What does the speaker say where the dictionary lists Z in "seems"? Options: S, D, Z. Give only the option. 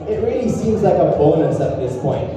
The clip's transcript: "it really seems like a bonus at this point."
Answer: Z